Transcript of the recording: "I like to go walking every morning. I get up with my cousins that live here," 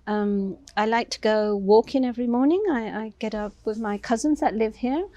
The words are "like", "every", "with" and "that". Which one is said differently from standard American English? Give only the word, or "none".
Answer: none